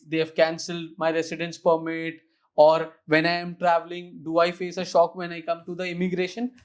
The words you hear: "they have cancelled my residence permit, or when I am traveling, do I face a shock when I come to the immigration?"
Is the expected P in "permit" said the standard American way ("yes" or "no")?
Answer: yes